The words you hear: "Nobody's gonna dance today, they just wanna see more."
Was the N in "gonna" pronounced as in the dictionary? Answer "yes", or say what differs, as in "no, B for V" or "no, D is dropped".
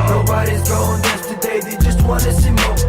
no, N is dropped